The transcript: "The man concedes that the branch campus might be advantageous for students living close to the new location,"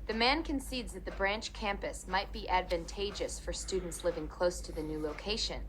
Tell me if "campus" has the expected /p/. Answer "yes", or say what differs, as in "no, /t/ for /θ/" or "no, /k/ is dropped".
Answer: yes